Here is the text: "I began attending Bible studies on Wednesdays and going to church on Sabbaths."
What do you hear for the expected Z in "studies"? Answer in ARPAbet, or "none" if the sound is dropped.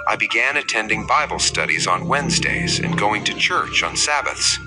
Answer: Z